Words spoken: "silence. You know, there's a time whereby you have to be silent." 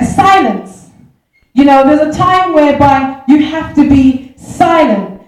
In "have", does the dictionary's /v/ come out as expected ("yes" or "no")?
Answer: no